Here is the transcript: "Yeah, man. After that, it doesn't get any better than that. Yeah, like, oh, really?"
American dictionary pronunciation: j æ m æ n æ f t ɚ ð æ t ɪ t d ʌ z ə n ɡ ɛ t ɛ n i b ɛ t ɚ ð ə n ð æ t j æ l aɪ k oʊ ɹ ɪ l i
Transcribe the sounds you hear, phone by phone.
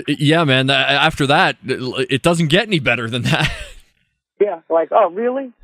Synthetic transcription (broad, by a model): j æ m æ n æ f t ɚ ð æ t ɪ t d ʌ z n ɡ ɛ t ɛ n i b ɛ t ɚ ð ə n ð æ t j æ l aɪ k oʊ ɹ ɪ l i